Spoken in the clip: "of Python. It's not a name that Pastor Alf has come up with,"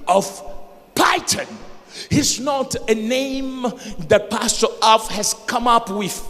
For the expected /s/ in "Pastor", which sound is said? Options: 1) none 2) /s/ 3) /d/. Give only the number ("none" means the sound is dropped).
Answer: 2